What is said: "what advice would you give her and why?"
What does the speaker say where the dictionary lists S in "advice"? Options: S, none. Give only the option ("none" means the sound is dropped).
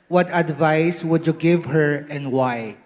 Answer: S